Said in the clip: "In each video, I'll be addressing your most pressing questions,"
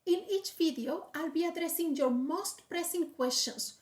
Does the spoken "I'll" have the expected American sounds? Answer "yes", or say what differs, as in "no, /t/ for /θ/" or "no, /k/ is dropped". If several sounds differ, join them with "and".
yes